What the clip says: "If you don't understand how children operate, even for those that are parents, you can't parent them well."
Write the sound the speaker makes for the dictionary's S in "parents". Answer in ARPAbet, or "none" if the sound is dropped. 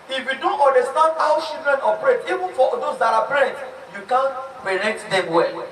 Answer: none